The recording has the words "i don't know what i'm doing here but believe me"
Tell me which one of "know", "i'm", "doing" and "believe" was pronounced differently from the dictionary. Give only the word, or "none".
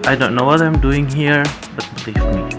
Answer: believe